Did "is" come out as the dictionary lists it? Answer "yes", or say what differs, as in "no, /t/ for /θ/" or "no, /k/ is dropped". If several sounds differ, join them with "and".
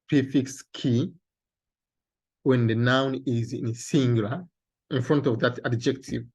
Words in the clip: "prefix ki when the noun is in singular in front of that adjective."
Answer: yes